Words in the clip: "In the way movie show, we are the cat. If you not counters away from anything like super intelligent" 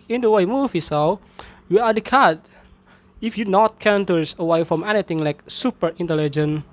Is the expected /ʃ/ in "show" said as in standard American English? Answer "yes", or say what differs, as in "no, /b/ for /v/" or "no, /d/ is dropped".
no, /s/ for /ʃ/